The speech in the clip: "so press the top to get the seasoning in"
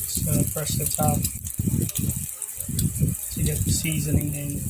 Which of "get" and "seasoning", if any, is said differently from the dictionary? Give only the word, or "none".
none